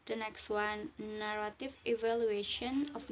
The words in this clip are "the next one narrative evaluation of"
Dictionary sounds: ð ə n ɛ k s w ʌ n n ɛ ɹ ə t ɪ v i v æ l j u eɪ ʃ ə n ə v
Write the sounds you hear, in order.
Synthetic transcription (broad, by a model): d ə n ɛ k s w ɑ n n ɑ ɹ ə t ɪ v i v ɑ l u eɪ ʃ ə n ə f